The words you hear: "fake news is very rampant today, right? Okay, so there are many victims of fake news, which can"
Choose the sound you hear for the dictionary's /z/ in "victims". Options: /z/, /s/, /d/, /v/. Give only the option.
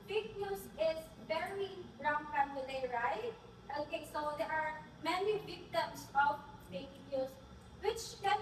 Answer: /s/